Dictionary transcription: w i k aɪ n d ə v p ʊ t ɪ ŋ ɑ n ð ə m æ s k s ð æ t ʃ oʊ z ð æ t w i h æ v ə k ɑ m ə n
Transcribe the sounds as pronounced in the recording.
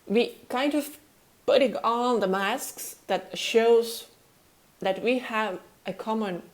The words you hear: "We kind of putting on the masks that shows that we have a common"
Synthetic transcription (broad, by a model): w i k aɪ n d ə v p ʊ t ɪ ŋ ɑ n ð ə m æ s k s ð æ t ʃ oʊ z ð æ t w i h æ v ə k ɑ m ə n